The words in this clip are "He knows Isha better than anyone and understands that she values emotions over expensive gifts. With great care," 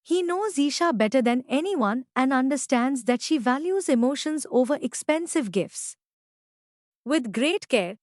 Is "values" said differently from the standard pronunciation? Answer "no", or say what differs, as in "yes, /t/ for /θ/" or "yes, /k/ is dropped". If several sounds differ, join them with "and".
no